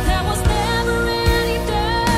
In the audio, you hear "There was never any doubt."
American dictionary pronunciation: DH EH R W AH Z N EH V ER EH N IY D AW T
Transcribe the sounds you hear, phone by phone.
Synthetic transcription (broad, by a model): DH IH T W AH Z N EH V ER EH N IY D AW